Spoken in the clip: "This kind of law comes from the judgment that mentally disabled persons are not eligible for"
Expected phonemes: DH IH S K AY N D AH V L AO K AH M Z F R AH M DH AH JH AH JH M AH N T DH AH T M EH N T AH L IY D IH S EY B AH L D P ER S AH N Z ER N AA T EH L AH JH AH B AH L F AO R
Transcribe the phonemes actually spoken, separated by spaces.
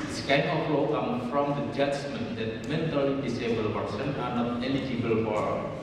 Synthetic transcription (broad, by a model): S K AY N AH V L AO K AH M F R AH M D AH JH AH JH M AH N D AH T M EH N T AH L IY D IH S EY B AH L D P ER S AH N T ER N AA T EH L AH JH AH B AH L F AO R